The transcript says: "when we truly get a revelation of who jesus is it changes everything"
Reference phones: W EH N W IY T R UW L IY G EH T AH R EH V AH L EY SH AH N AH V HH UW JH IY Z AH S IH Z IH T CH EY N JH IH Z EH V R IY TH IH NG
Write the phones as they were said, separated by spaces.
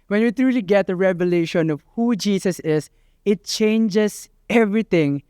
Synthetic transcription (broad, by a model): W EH N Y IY T R UW L IY G EH T AH R EH V AH L EY SH AH N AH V HH UW JH IY S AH S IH S IH T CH EY N JH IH S EH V R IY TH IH NG